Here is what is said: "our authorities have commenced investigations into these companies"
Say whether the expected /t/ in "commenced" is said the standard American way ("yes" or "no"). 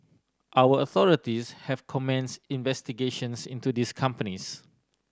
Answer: no